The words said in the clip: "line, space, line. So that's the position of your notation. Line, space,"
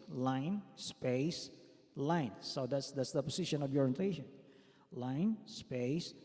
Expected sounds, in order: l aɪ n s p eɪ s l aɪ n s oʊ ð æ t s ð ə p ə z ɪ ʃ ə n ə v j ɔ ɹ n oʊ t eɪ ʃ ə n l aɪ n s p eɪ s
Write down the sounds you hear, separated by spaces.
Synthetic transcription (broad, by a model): l aɪ n s p eɪ s l aɪ n s oʊ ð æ t s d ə p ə s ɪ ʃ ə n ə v j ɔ ɹ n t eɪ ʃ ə n l aɪ n s p eɪ s